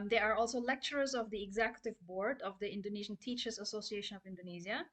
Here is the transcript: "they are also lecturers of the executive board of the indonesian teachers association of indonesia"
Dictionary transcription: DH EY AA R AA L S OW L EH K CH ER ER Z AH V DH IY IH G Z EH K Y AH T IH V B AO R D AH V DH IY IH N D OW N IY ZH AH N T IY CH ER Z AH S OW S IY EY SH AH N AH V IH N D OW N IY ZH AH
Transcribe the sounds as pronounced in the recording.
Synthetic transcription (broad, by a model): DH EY AA R AA L S OW L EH K CH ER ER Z AH V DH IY IH G Z EH K Y AH T IH V B AO R D AH V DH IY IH N D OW N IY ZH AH N T IY CH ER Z AH S OW S IY EY SH AH N AH V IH N D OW N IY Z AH